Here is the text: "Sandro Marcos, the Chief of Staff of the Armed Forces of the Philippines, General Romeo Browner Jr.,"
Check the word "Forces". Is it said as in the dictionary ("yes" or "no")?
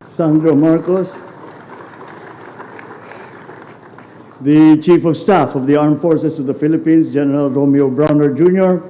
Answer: no